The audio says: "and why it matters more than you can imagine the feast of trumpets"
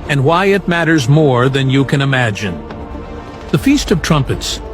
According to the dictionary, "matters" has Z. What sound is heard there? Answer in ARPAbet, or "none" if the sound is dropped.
Z